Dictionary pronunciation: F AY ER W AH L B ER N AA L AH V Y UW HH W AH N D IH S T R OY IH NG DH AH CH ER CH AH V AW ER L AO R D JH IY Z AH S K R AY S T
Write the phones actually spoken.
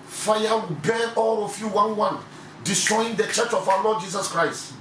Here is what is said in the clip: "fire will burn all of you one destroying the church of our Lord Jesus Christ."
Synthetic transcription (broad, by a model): F AY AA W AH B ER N AA L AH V Y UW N W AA N D IH S T R OY IH NG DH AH CH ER CH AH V AW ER L AO D JH IY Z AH S K R AY S T